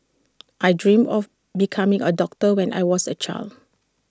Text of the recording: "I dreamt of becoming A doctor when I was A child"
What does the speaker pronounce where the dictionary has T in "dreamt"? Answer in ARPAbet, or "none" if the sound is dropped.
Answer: none